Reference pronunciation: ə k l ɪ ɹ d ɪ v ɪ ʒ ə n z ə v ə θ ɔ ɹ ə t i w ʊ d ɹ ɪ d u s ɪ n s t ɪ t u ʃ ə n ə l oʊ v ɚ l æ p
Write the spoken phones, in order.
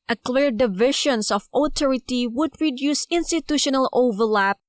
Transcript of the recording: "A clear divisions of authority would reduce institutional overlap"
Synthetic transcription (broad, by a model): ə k l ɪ ɹ d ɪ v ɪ ʃ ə n s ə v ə t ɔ ɹ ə t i w ʊ d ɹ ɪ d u s ɪ n s t ɪ t u ʃ ə n ə l oʊ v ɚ l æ p